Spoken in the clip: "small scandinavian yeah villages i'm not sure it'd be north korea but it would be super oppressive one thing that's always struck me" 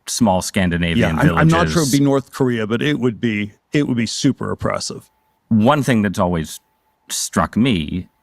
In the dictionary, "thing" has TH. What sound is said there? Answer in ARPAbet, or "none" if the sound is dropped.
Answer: TH